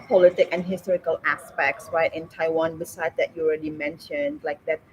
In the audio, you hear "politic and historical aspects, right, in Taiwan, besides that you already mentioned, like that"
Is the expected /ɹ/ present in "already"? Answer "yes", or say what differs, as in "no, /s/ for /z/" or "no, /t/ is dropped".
yes